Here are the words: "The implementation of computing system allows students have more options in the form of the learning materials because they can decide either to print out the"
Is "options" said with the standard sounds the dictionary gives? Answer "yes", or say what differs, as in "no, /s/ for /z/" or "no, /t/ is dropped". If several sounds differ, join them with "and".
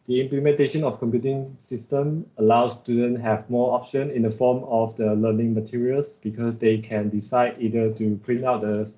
no, /z/ is dropped